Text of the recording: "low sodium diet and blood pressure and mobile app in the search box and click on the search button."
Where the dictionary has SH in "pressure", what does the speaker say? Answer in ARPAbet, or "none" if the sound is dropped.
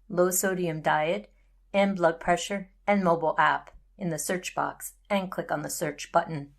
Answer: SH